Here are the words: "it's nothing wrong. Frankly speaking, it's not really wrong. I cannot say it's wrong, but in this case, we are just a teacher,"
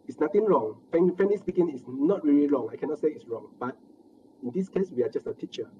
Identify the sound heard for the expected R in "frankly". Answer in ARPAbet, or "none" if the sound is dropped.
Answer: none